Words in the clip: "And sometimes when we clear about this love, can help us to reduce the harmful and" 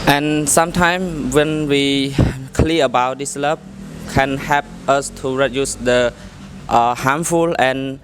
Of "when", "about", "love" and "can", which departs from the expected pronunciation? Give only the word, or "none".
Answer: love